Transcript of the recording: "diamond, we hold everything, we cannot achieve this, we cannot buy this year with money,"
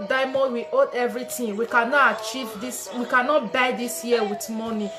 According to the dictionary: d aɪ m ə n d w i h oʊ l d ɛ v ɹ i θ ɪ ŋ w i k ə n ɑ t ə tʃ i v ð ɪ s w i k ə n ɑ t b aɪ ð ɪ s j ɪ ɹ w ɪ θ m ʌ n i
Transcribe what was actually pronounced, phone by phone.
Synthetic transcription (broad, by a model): d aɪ m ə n w i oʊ d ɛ v ɹ i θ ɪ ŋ w i k ə n ɑ t ə tʃ i v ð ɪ s w i k ə n ɑ t b aɪ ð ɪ s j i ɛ w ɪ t m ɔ n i